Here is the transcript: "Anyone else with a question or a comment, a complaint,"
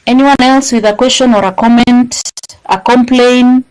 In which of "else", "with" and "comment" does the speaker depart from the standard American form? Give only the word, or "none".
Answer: none